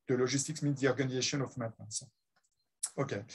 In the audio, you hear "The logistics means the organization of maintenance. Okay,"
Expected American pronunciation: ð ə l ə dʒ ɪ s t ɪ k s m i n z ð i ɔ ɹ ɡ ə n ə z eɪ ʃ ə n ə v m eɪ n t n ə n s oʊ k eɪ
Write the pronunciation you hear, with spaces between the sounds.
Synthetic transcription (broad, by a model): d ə l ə ʒ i s t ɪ k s m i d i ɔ ɹ ɡ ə n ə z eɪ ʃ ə n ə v m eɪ t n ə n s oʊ k eɪ